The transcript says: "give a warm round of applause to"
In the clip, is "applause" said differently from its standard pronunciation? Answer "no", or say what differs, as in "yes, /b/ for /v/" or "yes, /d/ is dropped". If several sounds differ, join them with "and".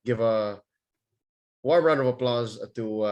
no